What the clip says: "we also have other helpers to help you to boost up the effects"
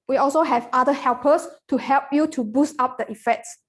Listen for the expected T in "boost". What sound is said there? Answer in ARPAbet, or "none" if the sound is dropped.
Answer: T